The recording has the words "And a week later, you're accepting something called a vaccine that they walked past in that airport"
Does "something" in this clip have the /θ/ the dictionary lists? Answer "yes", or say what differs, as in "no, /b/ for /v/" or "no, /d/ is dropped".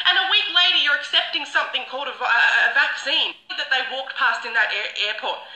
yes